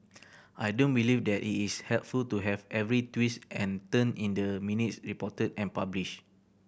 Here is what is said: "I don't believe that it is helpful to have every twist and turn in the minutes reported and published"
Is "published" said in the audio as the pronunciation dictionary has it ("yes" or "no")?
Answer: no